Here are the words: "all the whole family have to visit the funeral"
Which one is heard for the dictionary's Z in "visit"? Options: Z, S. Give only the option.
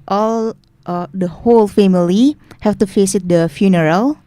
S